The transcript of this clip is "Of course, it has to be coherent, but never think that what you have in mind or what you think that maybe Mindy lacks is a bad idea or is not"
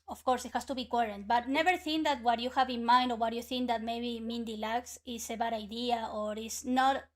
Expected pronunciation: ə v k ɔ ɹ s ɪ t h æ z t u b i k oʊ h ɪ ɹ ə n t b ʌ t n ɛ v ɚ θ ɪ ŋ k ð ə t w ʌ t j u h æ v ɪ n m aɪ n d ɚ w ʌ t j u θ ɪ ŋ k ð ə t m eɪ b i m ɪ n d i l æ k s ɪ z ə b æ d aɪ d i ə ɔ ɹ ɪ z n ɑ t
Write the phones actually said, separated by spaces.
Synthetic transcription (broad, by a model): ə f k ɔ ɹ s ɪ t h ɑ s t u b i k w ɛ ɹ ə n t b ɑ t n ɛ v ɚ θ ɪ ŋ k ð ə t w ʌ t j u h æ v ɪ n m aɪ n d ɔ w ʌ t j u θ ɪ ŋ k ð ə t m eɪ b i m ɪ n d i l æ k s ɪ s ə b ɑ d aɪ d i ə ɔ ɹ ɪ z n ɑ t